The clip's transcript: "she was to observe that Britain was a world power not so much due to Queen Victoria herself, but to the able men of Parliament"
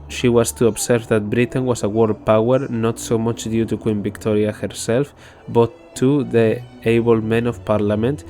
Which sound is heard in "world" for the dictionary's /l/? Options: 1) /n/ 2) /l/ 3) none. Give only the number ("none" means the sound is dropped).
3